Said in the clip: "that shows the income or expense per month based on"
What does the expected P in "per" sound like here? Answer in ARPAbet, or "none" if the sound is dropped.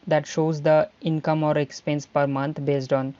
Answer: P